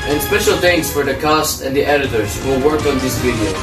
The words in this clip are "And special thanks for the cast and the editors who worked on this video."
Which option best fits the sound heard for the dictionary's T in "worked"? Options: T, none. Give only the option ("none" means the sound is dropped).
none